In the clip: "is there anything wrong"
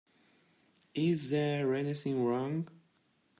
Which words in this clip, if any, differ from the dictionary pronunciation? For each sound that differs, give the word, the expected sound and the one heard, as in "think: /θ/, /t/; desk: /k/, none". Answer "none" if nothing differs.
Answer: anything: /θ/, /s/